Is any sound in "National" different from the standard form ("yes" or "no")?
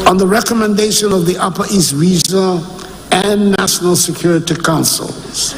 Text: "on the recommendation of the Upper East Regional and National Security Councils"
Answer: no